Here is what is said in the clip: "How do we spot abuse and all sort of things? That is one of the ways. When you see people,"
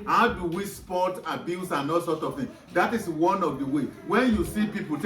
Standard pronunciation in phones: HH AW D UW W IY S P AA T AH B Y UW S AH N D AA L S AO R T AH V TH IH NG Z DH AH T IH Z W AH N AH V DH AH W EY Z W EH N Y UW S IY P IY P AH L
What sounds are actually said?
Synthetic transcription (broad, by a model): HH AW D UW W IY S P AA T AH B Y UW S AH N AA L S AO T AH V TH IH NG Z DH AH T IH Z W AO N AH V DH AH W EY W EH N Y UW S IY P IY P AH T